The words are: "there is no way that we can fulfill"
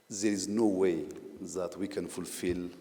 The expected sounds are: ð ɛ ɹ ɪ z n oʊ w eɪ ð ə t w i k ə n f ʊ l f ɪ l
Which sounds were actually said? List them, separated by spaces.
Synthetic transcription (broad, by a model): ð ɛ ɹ ɪ z n oʊ w eɪ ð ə t w i k ə n f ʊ l f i l